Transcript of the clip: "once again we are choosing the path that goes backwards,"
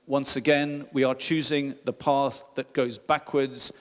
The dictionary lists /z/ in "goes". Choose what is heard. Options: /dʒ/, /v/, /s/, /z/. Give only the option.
/z/